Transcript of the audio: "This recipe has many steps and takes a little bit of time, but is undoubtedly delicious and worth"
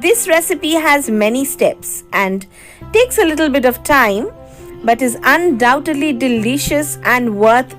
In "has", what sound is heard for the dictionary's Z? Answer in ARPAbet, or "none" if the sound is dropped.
Z